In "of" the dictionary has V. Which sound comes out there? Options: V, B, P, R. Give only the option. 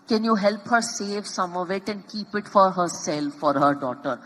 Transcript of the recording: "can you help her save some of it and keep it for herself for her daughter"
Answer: V